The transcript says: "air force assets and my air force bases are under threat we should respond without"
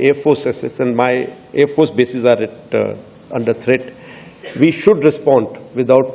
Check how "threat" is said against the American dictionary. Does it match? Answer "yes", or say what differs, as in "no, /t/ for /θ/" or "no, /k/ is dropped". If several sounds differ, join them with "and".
no, /t/ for /θ/